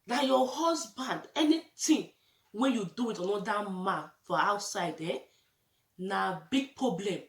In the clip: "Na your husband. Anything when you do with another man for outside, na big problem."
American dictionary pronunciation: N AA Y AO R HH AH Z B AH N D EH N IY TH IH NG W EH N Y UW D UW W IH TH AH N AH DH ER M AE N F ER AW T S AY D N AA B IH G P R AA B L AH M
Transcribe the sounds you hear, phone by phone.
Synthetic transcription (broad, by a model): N AA Y AO HH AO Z B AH N D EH N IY T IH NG W EH N Y UW D UW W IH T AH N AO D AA M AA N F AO AW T S AY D N AA B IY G P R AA B L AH M